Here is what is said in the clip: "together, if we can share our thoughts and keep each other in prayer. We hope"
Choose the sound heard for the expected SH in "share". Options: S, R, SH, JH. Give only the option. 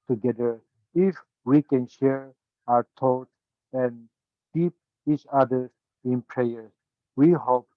SH